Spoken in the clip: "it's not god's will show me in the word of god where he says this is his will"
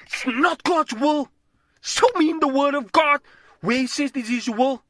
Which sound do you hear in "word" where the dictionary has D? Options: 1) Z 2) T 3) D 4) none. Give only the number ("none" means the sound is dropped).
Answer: 3